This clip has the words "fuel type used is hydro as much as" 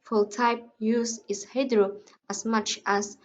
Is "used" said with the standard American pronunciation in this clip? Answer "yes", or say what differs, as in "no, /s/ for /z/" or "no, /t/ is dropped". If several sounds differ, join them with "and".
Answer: no, /d/ is dropped